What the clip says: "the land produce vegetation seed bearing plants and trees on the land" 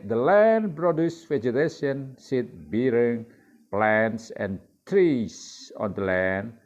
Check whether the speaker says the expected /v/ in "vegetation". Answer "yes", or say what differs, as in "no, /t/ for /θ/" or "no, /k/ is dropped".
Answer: no, /f/ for /v/